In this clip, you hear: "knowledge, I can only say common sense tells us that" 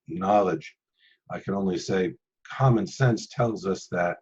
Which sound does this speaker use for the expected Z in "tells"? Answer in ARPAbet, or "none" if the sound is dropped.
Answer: Z